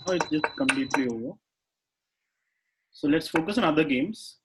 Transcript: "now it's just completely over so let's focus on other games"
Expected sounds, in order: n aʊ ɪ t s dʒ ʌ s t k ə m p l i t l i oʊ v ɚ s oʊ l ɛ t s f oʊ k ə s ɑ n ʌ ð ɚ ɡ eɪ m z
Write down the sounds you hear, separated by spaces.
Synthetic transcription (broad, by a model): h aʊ ɪ t s dʒ ʌ s t k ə m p l i t l i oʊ ɚ s oʊ l ɛ t s f oʊ k ə s ɑ n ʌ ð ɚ ɡ eɪ m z